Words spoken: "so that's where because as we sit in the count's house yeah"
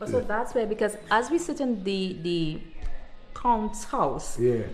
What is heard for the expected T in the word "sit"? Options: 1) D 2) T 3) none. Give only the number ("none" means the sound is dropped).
2